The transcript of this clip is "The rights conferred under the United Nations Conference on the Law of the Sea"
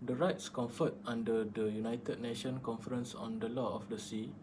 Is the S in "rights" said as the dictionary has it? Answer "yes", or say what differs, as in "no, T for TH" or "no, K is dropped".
yes